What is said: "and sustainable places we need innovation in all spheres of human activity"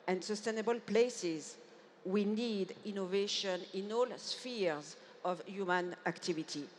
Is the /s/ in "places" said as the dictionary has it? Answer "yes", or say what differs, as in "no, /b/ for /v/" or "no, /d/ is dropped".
yes